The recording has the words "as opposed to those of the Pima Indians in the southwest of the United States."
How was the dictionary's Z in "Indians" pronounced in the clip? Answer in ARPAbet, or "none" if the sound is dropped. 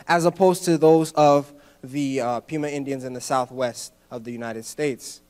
Z